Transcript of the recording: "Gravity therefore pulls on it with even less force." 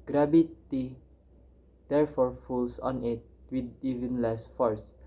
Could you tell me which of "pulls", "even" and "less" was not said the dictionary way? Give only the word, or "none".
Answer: pulls